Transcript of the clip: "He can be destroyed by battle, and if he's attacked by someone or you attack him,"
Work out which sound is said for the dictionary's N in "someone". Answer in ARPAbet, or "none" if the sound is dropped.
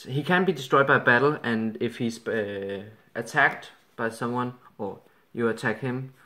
N